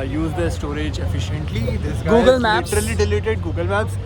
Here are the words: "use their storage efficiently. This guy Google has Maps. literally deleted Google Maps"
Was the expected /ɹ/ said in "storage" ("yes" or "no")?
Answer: yes